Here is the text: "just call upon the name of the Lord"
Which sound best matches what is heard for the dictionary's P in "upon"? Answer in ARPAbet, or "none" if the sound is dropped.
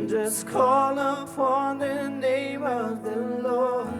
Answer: F